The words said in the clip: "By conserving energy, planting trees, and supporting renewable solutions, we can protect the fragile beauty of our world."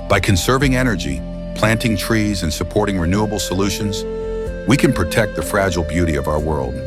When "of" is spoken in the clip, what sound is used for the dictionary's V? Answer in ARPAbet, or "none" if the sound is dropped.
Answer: V